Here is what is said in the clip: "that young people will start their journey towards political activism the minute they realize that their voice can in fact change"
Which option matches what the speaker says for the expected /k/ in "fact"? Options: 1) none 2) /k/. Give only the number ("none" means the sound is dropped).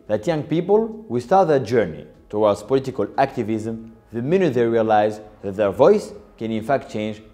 2